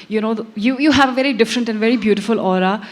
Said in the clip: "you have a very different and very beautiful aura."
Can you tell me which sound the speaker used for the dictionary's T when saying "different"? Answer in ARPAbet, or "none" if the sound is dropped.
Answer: T